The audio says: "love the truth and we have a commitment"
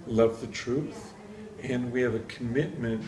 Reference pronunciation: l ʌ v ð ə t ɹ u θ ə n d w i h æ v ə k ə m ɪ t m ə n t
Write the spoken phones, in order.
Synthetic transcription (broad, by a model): l ʌ v ð ə t ɹ u θ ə n w i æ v ə k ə m ɪ t m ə n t